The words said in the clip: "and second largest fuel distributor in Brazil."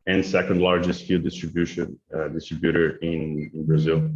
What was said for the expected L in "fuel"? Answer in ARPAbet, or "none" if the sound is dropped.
N